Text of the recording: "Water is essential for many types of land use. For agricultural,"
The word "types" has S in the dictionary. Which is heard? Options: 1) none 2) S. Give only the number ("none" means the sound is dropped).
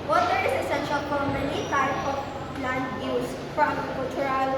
1